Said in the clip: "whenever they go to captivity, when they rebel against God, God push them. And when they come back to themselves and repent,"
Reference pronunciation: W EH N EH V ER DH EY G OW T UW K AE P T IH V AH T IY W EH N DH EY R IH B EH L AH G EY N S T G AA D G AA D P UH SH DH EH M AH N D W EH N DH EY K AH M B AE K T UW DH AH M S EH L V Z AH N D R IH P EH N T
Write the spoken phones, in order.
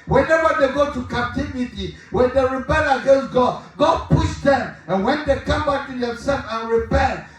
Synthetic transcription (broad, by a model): W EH N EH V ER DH EY G OW T UW K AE P T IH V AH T IY W EH N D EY R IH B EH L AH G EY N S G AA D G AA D P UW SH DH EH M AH N W EH N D EY K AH M B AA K T UW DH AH S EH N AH N R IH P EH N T